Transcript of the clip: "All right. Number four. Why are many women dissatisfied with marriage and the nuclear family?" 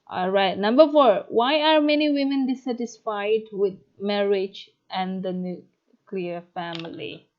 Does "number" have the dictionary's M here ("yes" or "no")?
yes